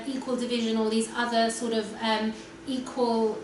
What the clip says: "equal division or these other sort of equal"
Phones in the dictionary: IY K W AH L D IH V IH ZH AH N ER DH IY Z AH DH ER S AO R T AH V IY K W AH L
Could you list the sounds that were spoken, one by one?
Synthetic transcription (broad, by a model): IY K W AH L D IH V IH ZH AH N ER DH IY Z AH DH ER S AO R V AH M IY K W AH L